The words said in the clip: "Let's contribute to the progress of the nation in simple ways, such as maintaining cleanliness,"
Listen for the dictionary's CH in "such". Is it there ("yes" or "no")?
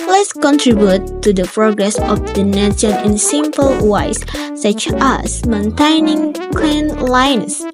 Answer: yes